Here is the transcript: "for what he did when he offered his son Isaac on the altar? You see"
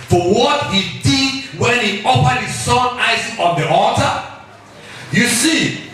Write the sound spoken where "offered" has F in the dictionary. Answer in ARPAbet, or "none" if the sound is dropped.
P